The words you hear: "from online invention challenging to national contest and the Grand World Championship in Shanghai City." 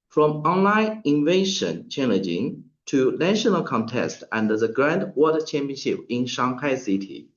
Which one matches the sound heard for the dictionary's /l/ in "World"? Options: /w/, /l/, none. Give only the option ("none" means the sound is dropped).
none